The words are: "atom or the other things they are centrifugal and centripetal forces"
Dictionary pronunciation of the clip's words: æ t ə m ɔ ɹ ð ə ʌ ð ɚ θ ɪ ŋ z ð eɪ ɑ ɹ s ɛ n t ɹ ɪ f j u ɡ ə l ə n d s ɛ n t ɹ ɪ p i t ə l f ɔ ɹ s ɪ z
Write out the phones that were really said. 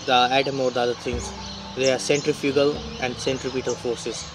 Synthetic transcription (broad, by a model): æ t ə m ɔ ɹ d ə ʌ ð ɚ t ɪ ŋ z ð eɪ ɑ ɹ s ɛ n t ɹ ɪ f j u ɡ ə l ə n d s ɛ n t ɹ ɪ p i t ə l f ɔ ɹ s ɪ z